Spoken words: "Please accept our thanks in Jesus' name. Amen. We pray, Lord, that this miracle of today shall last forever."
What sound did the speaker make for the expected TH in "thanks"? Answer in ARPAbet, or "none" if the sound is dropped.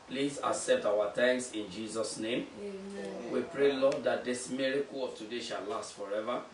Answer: T